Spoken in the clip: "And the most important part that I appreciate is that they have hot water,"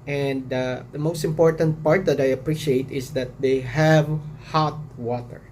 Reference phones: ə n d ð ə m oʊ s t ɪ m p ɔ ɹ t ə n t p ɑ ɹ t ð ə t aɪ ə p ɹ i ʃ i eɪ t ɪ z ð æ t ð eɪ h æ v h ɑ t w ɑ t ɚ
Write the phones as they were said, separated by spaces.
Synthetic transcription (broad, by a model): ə n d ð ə m oʊ s t ɪ m p ɔ ɹ t ə n t p ɑ ɹ t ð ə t aɪ ə p ɹ i ʃ i eɪ t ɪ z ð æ t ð eɪ h æ v h ɑ t w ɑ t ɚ